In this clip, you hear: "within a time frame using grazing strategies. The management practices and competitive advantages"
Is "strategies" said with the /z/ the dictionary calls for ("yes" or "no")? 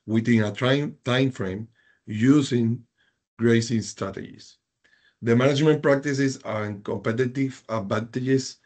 no